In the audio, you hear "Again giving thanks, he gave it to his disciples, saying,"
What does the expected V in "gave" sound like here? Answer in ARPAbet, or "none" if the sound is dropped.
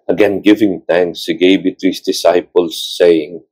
B